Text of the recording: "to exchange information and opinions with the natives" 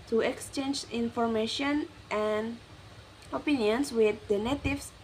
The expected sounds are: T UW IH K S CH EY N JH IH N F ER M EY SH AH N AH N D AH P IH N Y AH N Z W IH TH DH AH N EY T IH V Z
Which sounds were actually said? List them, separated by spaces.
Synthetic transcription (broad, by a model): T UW IH K S CH EY N JH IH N F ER M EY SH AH N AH N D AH P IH N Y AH N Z W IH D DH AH N EY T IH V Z